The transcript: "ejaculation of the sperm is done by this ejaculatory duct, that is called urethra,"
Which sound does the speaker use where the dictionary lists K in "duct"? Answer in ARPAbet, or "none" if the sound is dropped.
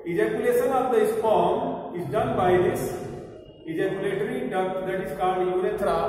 none